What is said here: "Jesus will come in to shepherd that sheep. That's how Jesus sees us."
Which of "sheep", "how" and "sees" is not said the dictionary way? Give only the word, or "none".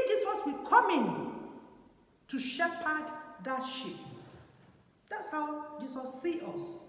sees